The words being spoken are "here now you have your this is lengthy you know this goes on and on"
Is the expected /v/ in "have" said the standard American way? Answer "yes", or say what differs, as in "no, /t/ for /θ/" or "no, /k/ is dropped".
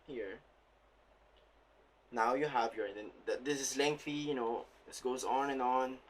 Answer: yes